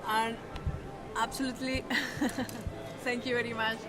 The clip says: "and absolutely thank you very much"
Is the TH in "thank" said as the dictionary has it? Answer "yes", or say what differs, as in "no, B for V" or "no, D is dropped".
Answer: no, T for TH